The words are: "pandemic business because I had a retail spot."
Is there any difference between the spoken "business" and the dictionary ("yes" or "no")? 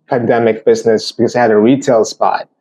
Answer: no